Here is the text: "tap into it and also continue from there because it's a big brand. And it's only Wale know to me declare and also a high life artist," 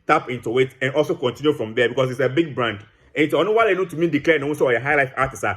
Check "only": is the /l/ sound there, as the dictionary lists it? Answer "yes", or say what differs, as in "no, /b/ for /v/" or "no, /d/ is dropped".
no, /l/ is dropped